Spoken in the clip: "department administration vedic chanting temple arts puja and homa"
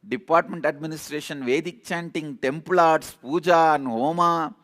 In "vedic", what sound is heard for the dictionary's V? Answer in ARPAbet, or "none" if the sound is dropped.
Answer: V